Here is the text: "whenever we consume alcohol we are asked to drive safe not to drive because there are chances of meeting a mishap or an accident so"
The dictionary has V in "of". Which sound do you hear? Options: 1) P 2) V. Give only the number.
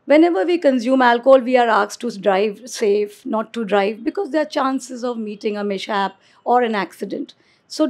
2